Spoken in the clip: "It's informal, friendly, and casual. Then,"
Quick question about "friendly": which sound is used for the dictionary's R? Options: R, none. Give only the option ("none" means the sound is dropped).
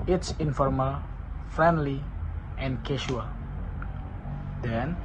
R